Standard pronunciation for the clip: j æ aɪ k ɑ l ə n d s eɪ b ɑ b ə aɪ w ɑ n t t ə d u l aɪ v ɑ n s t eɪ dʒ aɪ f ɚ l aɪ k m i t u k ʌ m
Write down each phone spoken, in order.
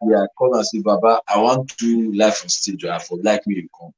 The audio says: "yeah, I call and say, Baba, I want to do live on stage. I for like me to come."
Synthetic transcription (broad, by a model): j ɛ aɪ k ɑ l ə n s eɪ b ɑ b ə aɪ w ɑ n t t d u l aɪ f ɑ s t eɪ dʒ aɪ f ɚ l aɪ k m i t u k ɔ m